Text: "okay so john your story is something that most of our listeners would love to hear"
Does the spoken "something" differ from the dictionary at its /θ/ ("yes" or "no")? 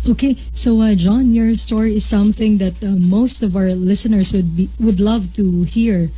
no